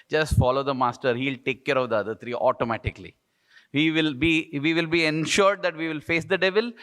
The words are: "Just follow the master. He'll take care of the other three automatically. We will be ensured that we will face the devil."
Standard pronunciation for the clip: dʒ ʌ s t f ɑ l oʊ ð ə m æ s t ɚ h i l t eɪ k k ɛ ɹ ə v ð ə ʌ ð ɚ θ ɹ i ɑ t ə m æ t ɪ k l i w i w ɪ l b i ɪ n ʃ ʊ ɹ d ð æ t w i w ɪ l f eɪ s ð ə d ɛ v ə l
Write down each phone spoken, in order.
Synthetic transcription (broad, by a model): dʒ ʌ s t f ɑ l oʊ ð ə m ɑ s t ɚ h i l t eɪ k k ɛ ɹ ə v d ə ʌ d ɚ t ɹ i ɑ t ə m æ t ɪ k l i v i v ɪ l b i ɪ n ʃ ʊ ɹ d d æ t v i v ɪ l f eɪ s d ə d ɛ v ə l